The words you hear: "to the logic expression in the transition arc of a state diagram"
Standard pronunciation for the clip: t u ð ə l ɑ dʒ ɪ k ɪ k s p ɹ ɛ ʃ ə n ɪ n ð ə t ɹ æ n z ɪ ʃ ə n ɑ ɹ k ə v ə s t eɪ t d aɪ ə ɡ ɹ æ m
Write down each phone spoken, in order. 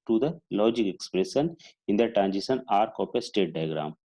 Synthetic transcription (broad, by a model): t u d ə l ɑ dʒ ɪ k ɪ k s p ɹ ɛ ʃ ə n ɪ n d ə t ɹ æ n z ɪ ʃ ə n ɑ ɹ k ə p ə s t eɪ t d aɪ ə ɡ ɹ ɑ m